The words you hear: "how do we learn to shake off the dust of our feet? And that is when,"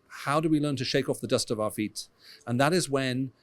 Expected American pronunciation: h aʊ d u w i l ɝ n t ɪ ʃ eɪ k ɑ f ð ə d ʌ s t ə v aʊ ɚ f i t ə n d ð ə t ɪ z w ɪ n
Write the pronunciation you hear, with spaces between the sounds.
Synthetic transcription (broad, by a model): h aʊ d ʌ w i l ɝ n t ɪ ʃ eɪ k ɑ f ð ə d ʌ s t ə v aʊ ɚ f i t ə n ð ə t ɪ z w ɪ n